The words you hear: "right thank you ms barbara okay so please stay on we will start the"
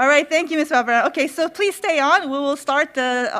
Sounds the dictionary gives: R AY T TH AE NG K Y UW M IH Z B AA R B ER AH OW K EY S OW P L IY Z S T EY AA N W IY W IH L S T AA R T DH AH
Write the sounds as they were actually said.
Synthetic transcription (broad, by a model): R AY T TH AE NG K Y UW M IH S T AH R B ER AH OW K EY S OW P L IY Z S T EY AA N W IY W IH L S T AA R T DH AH